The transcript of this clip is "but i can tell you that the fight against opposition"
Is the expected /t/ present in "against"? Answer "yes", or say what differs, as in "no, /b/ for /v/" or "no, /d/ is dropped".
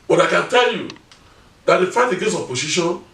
no, /t/ is dropped